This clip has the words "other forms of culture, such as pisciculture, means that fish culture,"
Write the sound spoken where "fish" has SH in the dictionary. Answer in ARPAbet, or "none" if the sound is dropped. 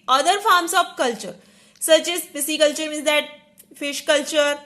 SH